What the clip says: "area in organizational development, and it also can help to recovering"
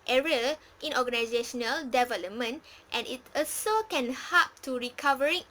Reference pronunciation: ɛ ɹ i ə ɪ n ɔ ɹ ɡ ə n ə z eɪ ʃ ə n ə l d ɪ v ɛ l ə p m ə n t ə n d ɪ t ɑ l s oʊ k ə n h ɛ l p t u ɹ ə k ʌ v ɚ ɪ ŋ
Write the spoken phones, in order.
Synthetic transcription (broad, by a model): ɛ ɹ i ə ɪ n ɔ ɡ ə n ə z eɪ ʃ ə n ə l d ɪ v ɛ l ə p m ə n t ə n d ɪ t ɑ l s oʊ k ə n h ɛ p t u ɹ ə k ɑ v ɚ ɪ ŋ